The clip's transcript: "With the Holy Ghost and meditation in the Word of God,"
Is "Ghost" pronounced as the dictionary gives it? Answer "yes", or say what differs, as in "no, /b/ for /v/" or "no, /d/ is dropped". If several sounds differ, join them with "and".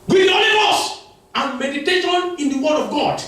no, /t/ is dropped